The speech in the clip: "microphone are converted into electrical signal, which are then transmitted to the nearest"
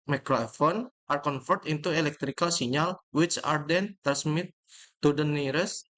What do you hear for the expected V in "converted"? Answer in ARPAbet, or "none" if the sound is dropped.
F